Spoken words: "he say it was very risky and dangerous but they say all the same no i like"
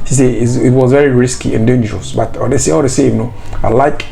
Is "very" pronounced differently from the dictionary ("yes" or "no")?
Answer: no